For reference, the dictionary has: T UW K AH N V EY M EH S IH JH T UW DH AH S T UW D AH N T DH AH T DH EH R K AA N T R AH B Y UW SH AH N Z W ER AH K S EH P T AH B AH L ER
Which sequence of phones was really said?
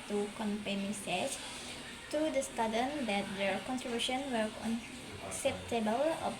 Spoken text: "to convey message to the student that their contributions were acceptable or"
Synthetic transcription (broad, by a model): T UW K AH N P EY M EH S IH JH T UW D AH S T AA D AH N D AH T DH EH K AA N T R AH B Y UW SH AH N W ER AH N S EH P T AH B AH L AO